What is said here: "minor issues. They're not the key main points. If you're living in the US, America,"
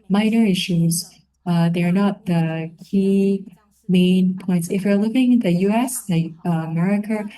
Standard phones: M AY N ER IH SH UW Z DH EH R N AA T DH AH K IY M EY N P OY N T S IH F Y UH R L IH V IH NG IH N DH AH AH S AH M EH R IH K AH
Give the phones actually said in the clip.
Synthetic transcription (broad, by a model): M AY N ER IH SH UW Z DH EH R N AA T DH AH K IY M EY N P OY N T S IH F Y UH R L IH V IH NG IH N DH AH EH S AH M EH R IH K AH